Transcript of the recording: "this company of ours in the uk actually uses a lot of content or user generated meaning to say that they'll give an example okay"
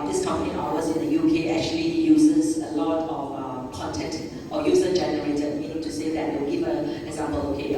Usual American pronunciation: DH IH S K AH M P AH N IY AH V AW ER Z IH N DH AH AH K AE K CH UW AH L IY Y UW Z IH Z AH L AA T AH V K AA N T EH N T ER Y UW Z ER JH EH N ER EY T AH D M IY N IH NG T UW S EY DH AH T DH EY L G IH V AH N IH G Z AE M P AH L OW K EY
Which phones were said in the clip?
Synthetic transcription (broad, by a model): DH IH S K AH M P AH N IY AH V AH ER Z IH N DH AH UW K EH K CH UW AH L IY Y UW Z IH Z AH L AA T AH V K AA N T EH N T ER Y UW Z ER JH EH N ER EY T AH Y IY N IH T UW S EY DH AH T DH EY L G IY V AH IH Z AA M B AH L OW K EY